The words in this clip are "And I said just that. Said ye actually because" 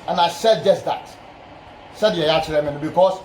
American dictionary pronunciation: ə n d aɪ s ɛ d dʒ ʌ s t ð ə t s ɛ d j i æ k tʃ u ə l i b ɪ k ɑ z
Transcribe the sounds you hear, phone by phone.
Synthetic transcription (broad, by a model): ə n aɪ s ɛ d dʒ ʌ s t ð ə t s ɛ d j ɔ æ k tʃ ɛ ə n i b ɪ k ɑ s